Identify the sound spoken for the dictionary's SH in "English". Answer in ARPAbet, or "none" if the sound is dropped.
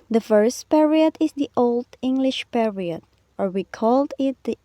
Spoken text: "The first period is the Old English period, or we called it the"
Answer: SH